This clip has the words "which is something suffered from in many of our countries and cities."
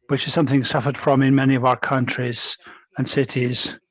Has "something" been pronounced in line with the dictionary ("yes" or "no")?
yes